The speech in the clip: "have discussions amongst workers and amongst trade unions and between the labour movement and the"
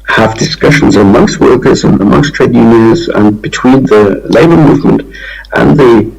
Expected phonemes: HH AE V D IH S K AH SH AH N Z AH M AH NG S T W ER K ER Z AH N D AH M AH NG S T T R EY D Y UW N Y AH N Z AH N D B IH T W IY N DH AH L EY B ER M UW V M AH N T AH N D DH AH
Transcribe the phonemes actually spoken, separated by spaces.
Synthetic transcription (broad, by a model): HH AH V D IH S K AH SH AH N Z AH M AH NG S T W ER K ER Z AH N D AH M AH NG S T T R EY D Y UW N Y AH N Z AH N B IH T W IY N DH AH L EY B ER M UW V M AH N T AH N DH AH